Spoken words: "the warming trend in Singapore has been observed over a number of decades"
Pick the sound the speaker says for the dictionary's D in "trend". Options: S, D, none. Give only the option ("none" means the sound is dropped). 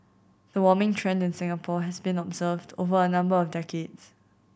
D